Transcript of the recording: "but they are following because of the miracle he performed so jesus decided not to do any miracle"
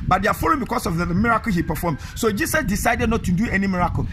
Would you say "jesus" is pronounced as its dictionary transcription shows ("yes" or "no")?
no